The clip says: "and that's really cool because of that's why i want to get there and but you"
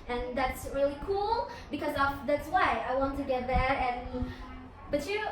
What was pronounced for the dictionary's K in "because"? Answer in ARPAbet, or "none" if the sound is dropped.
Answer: K